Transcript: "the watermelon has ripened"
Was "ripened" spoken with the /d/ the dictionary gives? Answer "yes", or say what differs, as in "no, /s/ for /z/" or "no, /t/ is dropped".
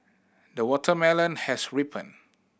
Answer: no, /d/ is dropped